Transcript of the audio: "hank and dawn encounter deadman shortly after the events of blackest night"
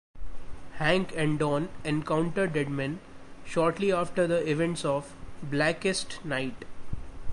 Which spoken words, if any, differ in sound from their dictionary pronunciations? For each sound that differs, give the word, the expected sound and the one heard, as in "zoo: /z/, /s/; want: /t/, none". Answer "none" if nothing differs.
none